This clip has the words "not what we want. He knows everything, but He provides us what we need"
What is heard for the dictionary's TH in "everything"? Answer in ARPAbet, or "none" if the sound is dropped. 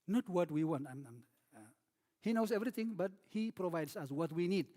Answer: T